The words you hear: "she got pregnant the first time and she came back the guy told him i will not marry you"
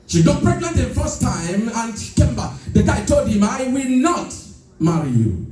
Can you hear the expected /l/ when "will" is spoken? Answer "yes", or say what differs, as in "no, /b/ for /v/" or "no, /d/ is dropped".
yes